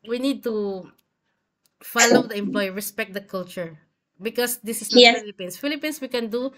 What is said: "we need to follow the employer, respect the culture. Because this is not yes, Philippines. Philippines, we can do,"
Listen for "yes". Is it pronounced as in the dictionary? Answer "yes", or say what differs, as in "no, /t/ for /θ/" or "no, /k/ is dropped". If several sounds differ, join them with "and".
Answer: no, /s/ is dropped